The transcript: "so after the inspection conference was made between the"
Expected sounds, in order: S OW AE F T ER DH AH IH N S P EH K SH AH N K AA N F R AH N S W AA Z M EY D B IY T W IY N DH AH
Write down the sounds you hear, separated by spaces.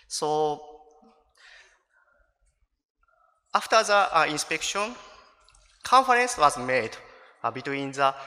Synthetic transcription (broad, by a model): S OW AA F T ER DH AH IH N S P EH K SH AH N K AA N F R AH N S W AA Z M EY D B IY T W IY N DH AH